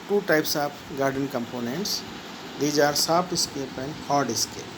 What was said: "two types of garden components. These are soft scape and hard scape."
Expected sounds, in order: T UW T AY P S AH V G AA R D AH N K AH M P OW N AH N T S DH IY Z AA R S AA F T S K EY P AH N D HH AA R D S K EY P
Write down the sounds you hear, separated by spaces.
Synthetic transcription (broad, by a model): T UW T AY P S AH P G AA R D AH N K AH M P OW N AH N T S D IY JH AA R S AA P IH S K EY P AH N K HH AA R D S K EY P